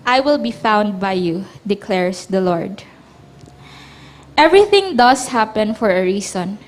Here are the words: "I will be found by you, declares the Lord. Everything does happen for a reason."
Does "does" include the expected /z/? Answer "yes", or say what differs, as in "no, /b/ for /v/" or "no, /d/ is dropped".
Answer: no, /s/ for /z/